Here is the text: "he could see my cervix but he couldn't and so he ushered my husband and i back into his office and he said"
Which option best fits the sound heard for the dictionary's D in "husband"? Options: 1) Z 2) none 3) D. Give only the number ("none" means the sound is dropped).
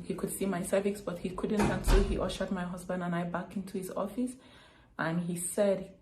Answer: 3